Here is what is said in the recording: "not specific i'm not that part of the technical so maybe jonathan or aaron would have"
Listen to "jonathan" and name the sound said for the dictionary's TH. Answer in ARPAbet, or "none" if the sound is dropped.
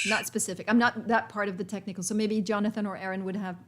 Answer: TH